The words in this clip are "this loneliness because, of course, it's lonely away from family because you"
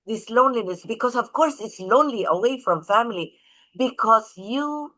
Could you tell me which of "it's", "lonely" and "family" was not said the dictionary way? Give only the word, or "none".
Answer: none